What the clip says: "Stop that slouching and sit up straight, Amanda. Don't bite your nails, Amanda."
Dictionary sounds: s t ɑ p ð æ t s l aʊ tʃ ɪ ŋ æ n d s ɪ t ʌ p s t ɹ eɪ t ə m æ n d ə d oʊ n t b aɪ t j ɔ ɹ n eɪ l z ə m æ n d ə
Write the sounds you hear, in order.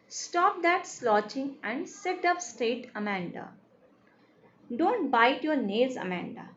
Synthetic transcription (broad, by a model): s t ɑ p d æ t s l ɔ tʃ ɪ ŋ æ n d s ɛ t ʌ p s t eɪ t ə m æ n d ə d oʊ n t b aɪ t j ɔ ɹ n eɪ z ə m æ n d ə